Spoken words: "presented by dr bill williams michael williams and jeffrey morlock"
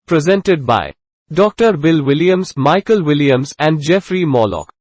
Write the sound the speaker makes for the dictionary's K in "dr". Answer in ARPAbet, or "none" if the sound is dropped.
K